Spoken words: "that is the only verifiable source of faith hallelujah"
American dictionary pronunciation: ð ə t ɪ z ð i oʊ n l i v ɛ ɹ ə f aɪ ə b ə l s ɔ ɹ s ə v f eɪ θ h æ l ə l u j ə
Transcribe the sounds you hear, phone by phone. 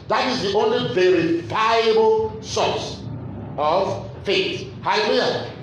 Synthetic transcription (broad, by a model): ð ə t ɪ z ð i oʊ n l i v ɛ ɹ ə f aɪ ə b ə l s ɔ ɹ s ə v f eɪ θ h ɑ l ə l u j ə